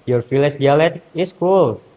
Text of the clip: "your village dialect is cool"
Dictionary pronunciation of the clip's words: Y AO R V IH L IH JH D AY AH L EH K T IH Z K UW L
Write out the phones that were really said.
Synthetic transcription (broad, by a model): Y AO R F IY L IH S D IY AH L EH T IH S K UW L